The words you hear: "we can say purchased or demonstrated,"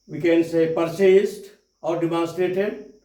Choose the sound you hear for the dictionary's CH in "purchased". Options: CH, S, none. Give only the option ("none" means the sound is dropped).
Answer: S